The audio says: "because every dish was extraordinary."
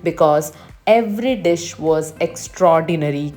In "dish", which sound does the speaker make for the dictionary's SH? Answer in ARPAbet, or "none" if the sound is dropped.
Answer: SH